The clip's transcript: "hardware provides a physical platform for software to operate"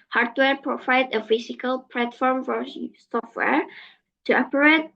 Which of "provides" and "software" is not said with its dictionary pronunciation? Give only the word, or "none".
provides